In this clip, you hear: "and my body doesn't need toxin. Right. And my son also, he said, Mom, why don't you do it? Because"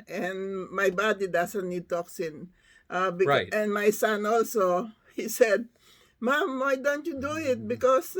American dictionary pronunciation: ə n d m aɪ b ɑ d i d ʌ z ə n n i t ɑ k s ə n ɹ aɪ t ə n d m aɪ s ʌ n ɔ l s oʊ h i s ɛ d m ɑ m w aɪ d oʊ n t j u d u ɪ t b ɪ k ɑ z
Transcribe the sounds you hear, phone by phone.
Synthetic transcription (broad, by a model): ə n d m aɪ b ɑ d i d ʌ s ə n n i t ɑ k s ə n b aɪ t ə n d m aɪ s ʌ n ɔ l s oʊ h i s ɛ d m ɑ m w aɪ d oʊ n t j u d u ɪ t b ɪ k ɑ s